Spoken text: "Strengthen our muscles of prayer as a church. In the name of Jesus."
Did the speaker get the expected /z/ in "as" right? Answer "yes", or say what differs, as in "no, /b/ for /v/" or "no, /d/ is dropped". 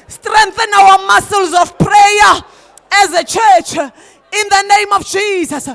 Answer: yes